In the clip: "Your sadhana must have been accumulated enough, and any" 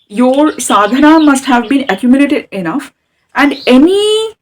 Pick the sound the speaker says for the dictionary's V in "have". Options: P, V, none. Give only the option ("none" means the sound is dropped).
V